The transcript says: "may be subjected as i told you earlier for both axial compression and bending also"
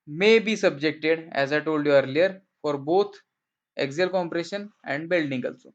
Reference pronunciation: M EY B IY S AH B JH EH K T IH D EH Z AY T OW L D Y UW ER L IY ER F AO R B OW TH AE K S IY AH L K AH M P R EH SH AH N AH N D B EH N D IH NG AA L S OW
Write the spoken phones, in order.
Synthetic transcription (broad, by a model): M EY B IY S AH B JH EH K T IH D EH Z AY T OW L D Y UW ER L IY ER F AO R B OW T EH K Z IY L K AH M P R EH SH AH N AH N D B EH L D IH NG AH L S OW